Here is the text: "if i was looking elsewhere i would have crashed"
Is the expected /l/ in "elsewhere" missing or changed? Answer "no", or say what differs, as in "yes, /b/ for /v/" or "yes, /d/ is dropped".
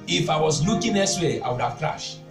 yes, /l/ is dropped